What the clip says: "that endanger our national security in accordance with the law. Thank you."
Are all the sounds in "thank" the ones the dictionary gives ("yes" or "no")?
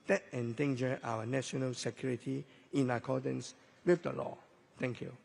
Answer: no